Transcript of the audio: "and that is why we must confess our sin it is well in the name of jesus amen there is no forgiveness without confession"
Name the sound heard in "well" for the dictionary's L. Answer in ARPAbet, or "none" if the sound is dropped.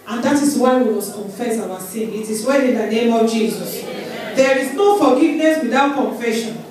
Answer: N